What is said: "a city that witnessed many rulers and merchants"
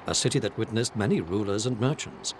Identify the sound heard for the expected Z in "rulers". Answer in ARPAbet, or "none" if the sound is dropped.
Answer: Z